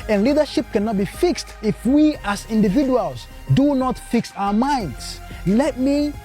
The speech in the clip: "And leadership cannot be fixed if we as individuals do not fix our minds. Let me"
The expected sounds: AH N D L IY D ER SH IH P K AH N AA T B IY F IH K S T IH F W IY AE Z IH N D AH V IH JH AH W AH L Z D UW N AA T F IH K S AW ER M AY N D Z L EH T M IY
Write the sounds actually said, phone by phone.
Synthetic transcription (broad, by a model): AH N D L IY D ER SH IH P K AH N AA T B IY F IH K S T IH F W IY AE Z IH N D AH V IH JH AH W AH L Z D UW N AA T F IH K S AW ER M AY N D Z L EH T M IY